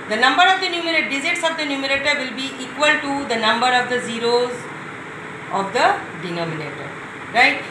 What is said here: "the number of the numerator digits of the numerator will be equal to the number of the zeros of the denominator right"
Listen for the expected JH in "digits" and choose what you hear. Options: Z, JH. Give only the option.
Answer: Z